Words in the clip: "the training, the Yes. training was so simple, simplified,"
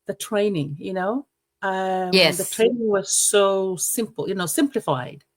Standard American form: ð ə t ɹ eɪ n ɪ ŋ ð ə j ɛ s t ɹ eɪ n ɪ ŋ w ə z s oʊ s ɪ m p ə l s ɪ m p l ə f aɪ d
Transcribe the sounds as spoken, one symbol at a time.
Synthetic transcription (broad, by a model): ð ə t ɹ eɪ n ɪ ŋ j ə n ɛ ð t ɹ eɪ n ɪ ŋ w ə z s oʊ s ɪ m p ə n s ɪ m p l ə f aɪ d